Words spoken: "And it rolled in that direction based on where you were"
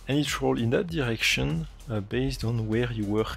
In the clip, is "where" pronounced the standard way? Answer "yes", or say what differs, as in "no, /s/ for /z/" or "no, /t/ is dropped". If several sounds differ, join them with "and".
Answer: yes